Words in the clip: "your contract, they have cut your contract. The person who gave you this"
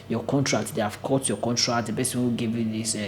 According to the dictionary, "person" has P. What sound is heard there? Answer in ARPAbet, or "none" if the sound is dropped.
B